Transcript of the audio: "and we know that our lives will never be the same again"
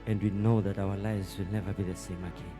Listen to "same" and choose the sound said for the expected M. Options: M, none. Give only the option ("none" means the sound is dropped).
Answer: M